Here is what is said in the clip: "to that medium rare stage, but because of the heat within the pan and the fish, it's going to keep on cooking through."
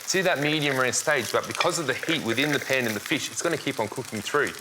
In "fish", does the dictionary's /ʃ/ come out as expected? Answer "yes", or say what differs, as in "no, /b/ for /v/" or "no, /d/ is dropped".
yes